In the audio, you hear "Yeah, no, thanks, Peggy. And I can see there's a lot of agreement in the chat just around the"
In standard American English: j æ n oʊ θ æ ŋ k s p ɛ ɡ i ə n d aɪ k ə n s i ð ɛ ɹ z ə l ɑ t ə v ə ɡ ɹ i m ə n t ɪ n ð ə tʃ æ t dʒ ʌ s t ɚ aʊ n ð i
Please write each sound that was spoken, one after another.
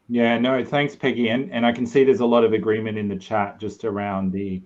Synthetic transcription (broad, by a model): j æ n oʊ θ æ ŋ k s p ɛ ɡ i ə n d aɪ k n s i ð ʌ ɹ z ə l ɑ t ə v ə ɡ ɹ i m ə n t ɪ n ð ə tʃ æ t dʒ ʌ s t ɚ aʊ n ð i